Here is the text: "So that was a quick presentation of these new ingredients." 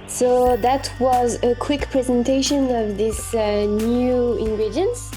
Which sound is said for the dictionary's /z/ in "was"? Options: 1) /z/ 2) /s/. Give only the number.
1